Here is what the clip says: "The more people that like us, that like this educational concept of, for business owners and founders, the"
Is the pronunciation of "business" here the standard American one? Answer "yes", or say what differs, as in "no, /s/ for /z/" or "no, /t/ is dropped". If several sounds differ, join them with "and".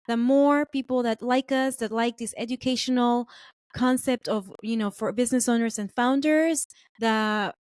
yes